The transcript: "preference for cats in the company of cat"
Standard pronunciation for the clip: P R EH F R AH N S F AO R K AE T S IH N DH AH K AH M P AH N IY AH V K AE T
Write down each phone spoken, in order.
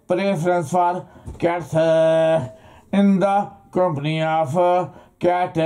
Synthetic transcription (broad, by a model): P R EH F R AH N S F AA R K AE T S IH N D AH K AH M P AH N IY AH P K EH T